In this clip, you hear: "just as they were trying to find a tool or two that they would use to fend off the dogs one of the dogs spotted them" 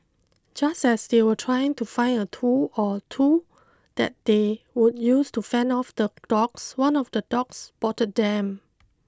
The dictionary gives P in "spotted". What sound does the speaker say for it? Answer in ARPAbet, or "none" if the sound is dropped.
B